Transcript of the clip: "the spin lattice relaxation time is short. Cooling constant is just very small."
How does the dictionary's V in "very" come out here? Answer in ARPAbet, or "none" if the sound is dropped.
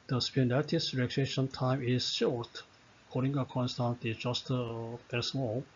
P